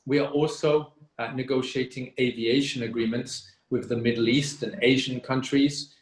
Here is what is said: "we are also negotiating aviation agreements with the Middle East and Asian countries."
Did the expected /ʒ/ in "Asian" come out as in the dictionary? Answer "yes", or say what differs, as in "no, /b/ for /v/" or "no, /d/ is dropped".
yes